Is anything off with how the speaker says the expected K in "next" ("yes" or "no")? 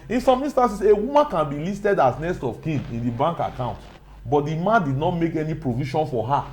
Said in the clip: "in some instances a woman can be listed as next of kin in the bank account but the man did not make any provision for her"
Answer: yes